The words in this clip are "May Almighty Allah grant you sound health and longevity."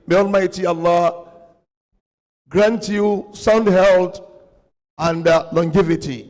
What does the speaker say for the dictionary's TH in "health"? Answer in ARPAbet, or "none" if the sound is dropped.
T